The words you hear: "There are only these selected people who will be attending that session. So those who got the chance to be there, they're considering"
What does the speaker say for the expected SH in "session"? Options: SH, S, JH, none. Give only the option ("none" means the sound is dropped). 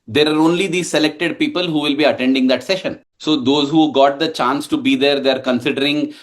SH